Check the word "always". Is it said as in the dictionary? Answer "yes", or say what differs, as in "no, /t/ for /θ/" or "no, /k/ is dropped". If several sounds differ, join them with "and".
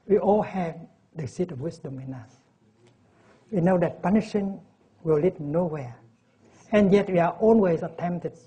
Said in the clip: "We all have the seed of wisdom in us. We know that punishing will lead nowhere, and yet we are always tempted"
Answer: no, /n/ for /l/